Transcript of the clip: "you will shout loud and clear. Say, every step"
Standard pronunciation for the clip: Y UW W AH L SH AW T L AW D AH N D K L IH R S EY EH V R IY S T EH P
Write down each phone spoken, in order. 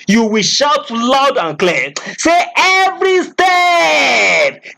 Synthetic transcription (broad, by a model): Y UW W AH L SH AW T L AW D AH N K L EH S EY EH V R IY S T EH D